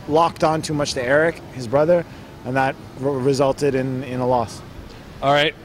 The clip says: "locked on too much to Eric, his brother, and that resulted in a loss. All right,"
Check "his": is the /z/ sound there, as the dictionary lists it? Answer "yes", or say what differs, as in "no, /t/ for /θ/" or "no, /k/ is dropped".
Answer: yes